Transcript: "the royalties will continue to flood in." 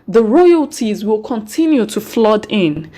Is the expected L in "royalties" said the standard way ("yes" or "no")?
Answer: yes